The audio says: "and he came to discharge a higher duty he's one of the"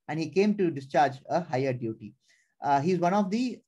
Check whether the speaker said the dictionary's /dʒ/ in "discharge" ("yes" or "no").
yes